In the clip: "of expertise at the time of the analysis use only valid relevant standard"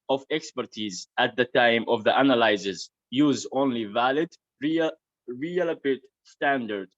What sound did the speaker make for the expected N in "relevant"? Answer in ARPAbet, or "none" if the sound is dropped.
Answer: none